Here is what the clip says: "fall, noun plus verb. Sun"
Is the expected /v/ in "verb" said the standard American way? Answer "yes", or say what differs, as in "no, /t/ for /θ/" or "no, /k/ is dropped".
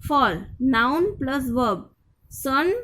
yes